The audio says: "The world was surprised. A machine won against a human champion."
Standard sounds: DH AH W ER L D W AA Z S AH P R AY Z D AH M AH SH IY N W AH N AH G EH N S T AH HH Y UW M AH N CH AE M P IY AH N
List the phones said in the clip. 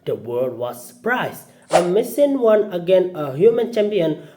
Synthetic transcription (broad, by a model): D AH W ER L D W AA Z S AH P R AY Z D AH M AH S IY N W AH N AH G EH N AH HH Y UW M AH N CH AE M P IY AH N